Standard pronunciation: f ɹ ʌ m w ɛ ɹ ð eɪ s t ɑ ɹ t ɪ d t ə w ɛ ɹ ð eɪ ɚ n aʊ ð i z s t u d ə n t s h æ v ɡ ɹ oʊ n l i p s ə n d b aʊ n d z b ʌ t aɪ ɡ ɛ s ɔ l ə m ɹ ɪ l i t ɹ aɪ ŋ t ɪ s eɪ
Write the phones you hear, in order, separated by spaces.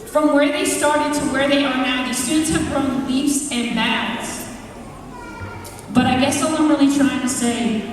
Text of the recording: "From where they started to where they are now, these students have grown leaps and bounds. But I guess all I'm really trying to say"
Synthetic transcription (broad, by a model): f ɹ ʌ m w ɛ ɹ ð eɪ s t ɑ ɹ t ɪ d t ə w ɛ ɹ ð eɪ ɚ n aʊ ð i s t u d n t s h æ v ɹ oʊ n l i f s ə n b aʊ d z b ʌ t aɪ ɡ ɛ s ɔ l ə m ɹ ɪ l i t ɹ aɪ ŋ t ɪ s eɪ